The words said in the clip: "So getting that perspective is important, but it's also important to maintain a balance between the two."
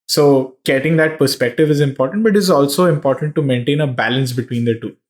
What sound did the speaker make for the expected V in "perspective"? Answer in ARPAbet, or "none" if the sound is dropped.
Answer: V